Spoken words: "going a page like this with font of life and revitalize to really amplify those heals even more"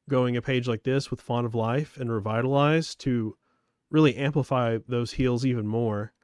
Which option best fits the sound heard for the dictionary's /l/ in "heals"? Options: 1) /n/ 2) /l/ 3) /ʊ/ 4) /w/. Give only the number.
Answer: 2